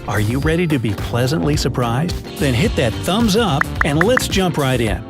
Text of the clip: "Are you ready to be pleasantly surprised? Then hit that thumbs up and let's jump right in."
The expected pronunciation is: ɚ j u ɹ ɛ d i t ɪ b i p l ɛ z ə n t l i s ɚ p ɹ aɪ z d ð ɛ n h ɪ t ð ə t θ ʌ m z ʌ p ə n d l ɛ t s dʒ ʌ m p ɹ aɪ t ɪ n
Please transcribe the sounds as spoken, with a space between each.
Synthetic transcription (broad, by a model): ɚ j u ɹ ɛ d i t ɪ b i p l ɛ z ə n t l i s ɚ p ɹ aɪ z d ð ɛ n h ɪ t ð ə t θ ʌ m z ʌ p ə n l ɛ t s dʒ ʌ m p ɹ aɪ t ɪ n